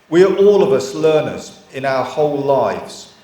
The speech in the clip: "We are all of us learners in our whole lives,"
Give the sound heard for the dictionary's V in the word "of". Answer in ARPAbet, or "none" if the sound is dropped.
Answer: V